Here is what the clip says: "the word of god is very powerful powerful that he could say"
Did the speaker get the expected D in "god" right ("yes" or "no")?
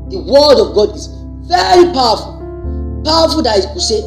yes